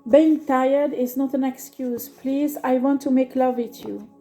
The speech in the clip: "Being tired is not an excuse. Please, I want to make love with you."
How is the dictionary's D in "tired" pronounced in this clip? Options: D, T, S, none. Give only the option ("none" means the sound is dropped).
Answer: D